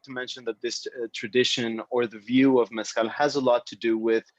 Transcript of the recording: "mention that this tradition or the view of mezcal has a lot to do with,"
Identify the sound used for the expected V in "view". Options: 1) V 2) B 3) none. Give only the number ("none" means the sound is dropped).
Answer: 1